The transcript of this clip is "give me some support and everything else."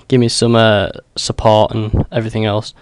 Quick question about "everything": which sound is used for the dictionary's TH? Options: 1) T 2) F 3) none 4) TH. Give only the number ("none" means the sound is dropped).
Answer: 4